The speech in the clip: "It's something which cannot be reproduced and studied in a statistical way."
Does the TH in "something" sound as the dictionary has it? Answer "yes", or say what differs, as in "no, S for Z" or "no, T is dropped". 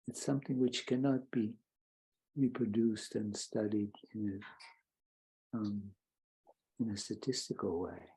yes